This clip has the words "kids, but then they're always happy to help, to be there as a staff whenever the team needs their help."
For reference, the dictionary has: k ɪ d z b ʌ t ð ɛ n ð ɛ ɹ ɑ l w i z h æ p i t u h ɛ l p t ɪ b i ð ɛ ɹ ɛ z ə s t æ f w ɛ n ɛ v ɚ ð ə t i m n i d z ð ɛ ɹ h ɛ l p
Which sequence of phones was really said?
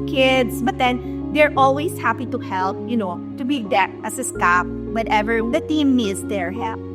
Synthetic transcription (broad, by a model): k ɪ d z b ʌ t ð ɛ n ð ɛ ɹ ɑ l w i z h æ p i t u h ɛ l p t ɪ b i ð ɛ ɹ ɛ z ə s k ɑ p w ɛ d ɛ v ɚ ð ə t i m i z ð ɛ ɹ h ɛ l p